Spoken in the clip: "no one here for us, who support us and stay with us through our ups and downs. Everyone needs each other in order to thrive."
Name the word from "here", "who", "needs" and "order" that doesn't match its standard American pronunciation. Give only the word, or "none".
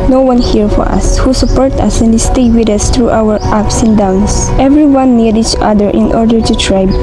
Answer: needs